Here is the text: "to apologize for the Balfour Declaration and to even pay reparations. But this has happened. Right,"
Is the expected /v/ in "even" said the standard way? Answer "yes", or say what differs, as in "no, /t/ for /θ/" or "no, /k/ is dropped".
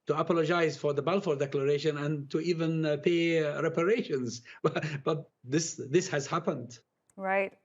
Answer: yes